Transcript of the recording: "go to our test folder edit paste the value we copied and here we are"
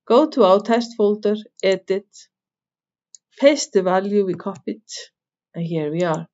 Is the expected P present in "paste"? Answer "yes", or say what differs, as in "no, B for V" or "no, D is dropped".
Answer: no, F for P